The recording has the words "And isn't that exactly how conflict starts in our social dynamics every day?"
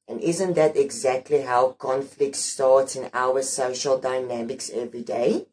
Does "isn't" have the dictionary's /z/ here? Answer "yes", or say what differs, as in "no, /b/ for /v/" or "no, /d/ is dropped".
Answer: yes